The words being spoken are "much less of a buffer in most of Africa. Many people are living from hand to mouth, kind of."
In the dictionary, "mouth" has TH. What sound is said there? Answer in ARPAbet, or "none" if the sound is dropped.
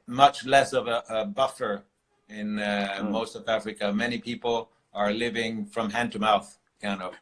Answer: TH